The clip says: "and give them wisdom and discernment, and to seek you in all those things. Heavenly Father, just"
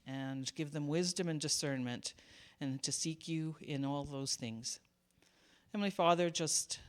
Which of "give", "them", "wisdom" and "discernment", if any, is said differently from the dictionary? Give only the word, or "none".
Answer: none